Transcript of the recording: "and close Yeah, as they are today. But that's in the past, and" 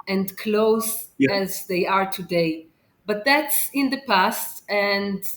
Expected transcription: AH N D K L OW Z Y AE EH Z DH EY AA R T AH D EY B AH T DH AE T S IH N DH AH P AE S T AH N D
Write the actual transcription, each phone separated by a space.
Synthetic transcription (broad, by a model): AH N D K L OW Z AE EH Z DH EY AA R T AH D EY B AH T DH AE T S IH N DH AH P AE S T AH N D